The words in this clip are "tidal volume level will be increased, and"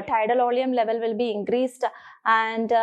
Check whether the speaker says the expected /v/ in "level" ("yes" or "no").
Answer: yes